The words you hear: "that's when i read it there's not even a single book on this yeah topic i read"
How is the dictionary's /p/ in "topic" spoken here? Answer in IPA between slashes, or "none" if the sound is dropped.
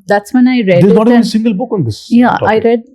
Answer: none